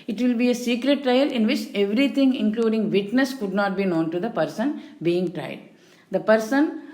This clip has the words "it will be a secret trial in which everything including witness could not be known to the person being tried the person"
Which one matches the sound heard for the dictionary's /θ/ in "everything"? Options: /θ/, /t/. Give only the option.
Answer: /t/